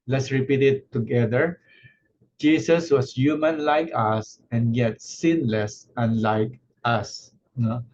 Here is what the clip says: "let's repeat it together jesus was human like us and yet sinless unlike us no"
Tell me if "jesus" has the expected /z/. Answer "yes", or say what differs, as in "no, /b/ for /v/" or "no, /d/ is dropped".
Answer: no, /s/ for /z/